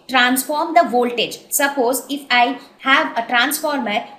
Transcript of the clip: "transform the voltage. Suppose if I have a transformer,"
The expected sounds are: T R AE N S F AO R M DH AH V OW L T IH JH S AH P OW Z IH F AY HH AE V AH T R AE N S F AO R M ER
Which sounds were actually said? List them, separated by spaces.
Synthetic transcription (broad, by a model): T R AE N S F AO R M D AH V OW L T IH JH S AH P OW Z IH F AY HH AE V AH T R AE N S F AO R M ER